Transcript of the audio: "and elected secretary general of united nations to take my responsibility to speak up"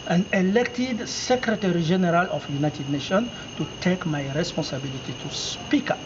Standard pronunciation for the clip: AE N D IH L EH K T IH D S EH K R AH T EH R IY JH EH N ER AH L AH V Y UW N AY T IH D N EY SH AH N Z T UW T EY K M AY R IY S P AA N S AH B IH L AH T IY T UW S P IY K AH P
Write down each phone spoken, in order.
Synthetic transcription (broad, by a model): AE N IH L EH K T IH D S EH K R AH T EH R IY ZH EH N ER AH L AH F Y UW N AY T IH D N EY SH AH N T UW T EY K M AY R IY S P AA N S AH B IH L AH T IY T UW S P IY K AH